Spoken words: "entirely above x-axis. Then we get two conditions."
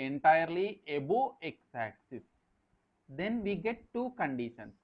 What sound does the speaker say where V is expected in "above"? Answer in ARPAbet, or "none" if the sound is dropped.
none